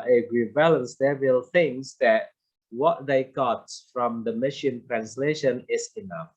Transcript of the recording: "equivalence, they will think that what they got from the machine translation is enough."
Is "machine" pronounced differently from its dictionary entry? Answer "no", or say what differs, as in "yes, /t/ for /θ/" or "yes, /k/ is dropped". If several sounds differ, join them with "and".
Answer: no